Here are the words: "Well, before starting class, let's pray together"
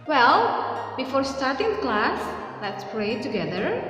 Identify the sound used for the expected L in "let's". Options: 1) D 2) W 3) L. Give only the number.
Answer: 3